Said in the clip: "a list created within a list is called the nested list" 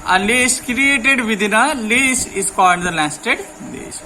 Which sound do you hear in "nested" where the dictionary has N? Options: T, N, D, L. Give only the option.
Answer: L